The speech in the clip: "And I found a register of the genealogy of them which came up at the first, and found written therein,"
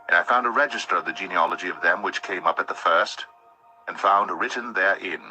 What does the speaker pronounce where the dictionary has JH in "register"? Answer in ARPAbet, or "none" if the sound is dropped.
JH